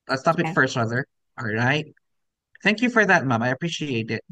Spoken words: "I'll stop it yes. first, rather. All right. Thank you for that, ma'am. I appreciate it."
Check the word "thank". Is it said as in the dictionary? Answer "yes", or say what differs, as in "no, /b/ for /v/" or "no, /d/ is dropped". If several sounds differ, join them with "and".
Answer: yes